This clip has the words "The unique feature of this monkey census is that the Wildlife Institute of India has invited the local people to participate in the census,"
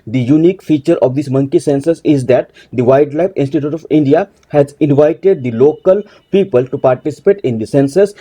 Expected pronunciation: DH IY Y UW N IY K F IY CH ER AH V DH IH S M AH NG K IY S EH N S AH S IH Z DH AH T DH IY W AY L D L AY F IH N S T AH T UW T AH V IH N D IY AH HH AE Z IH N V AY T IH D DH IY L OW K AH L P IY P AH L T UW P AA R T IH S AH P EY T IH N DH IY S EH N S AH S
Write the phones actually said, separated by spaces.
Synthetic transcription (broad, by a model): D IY Y UW N IY K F IY CH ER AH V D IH S M AH NG K IY S EH N S AH S IH Z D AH T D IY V AY D L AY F IH N S T AH T UW T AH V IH N D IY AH HH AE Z IH N V AY T IH D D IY L OW K AH L P IY P AH L T UW P AA R T IH S AH P EY T IH N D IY S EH N S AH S